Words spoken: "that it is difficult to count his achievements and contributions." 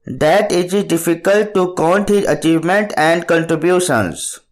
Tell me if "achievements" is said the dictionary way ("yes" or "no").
no